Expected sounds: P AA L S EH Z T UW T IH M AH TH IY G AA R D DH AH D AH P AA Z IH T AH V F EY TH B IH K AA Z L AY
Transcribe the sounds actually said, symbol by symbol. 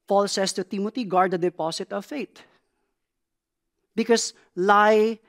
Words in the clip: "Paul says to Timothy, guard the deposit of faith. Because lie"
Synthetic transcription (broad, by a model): P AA L S EH S T UW T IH M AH T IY G AA R D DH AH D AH P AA S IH T AH V F EY T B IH K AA S L AY